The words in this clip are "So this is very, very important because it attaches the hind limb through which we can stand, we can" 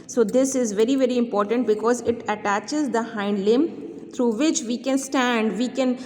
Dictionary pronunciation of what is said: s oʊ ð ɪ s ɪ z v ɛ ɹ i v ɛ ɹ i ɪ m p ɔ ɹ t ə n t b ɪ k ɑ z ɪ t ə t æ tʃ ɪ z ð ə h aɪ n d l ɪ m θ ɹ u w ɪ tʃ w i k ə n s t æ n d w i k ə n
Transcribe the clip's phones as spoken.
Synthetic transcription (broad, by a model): s oʊ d ɪ s ɪ z v ɛ ɹ i v ɛ ɹ i ɪ m p ɔ ɹ t ə n t b ɪ k ɑ z ɪ t ə t æ tʃ ɪ z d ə h aɪ n d l ɪ m t ɹ u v ɪ tʃ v i k ə n s t æ n d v i k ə n